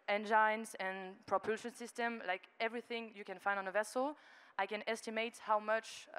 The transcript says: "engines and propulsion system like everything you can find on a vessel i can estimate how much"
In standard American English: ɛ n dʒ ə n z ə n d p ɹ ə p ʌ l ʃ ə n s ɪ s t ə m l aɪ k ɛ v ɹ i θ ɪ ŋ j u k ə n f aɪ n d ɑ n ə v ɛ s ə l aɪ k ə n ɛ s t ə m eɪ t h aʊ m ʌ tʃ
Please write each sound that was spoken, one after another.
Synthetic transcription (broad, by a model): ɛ n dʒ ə n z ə n p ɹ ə p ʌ l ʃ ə n s ɪ s t ə m l aɪ k ɛ v ɹ i θ ɪ ŋ j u k ə n f aɪ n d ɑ n ə v ɛ s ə l aɪ k ə n ɛ s t ə m eɪ t h aʊ m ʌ tʃ